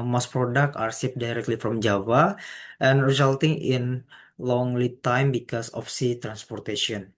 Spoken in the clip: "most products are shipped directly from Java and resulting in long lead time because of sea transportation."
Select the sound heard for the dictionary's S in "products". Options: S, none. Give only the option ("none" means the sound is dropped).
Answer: none